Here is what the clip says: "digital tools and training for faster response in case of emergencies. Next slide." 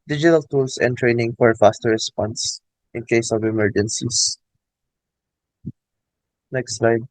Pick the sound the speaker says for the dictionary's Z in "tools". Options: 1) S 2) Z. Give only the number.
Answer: 1